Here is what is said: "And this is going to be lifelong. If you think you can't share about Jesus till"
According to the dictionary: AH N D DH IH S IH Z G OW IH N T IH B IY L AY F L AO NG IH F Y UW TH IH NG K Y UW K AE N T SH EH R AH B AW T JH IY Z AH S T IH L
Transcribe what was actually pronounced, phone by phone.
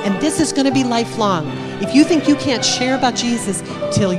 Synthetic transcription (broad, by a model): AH N DH IH S IH Z G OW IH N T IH B IY L AY F L AO NG IH F Y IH TH IH NG K Y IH K AE N T SH EH R AH B AW T JH IY Z AH S T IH L